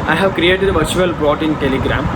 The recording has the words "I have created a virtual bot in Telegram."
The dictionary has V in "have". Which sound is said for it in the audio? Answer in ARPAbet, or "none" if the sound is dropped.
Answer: V